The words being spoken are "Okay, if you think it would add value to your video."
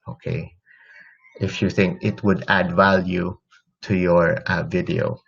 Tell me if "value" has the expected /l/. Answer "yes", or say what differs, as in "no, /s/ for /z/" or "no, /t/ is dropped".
yes